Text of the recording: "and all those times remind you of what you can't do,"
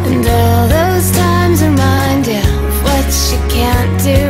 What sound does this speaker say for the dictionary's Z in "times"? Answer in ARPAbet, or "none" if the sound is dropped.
Z